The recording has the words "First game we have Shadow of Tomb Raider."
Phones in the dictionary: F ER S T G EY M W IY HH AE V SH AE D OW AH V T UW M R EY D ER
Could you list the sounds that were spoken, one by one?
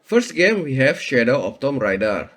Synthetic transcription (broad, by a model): F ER S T G EY M W IY HH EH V SH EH D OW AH P T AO M R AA D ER